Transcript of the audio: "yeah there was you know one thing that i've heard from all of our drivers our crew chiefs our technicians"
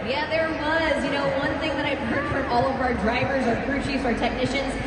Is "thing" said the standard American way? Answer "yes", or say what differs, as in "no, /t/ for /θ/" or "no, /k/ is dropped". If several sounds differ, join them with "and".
yes